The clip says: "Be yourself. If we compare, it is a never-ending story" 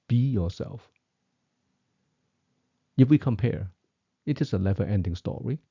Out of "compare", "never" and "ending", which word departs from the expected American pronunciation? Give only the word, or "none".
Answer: never